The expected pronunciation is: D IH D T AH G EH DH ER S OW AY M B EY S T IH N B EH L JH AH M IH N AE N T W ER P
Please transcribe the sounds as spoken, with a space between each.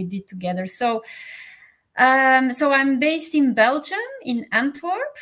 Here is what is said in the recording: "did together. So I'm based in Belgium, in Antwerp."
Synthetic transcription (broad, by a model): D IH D T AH G EH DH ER S OW AY M B EY S T IH N B EH L JH AH M IH N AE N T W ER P